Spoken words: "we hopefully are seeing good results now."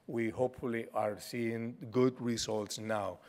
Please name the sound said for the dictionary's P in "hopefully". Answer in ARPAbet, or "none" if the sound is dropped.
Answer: P